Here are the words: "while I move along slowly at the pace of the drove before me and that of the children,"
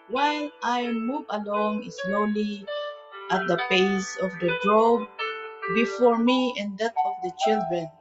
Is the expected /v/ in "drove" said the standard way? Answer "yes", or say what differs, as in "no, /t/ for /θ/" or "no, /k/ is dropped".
no, /b/ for /v/